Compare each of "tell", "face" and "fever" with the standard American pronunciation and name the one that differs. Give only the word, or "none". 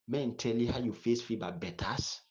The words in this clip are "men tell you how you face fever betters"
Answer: fever